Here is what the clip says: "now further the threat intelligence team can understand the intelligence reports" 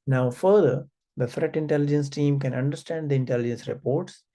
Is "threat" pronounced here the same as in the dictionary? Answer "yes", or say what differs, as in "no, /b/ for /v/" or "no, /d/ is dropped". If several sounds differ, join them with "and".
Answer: no, /f/ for /θ/